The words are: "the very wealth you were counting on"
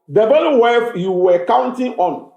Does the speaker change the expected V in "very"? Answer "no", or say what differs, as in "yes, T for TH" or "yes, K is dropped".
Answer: yes, B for V